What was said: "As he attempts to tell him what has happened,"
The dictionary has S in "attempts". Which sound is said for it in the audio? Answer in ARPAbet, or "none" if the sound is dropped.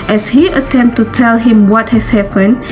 none